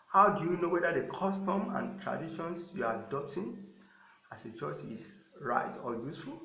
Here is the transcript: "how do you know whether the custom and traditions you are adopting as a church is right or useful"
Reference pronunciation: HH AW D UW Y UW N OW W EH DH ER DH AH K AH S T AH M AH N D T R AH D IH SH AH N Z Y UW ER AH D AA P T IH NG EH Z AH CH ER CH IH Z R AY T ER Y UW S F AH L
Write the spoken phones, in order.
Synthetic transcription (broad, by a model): HH AW D UW Y UW N OW W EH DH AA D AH K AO S T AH M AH N T R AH D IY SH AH N S Y UW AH D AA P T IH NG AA S AH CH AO CH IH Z R AY T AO Y UW S F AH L